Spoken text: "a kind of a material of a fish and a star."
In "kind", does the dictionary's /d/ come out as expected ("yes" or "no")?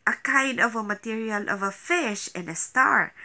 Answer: no